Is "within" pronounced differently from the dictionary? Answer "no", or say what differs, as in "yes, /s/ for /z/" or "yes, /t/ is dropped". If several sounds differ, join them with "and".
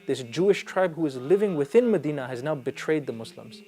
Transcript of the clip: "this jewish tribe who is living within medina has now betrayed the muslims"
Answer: no